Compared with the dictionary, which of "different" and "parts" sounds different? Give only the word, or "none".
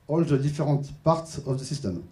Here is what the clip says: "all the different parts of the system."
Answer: different